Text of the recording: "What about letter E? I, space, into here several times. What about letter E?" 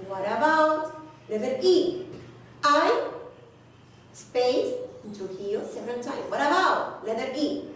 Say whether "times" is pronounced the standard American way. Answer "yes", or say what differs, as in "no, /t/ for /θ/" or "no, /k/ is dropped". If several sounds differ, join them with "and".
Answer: no, /z/ is dropped